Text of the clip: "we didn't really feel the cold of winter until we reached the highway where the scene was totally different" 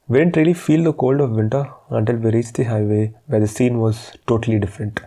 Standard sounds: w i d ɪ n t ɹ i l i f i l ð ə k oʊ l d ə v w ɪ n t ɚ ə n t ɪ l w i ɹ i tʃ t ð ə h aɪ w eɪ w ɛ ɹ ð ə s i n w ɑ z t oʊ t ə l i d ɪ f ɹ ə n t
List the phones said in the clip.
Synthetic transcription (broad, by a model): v i d ɪ n t ɹ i l i f i l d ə k oʊ l d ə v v ɪ n t ɚ ə n t ɪ l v i ɹ i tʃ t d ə h aɪ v eɪ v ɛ ɹ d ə s i n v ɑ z t oʊ t ə l i d ɪ f ɹ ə n t